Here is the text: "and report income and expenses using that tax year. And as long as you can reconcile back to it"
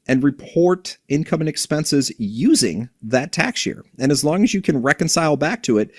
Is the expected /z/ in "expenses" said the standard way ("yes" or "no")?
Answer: yes